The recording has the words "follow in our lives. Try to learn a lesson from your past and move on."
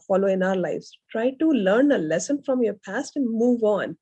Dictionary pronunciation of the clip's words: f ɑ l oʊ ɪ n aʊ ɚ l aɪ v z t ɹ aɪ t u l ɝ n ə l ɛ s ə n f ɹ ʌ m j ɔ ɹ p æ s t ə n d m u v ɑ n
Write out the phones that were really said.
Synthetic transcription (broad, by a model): f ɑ l oʊ ɪ n aʊ ɚ l aɪ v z t ɹ aɪ t u l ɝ n ə l ɛ s ə n f ɹ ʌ m j ɔ ɹ p æ s t ə n d m u v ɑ n